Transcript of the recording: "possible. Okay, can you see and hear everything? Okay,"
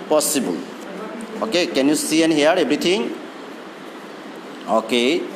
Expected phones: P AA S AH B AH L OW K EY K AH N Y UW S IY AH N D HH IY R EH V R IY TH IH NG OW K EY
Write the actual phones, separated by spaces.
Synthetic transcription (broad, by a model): P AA S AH B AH L OW K EY K AH N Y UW S IY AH N HH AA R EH B R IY T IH NG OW K EY